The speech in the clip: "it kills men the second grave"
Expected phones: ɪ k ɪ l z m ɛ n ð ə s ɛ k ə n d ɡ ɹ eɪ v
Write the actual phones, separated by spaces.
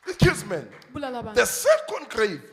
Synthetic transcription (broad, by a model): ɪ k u z m ɛ n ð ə s ɛ k ə n d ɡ ɹ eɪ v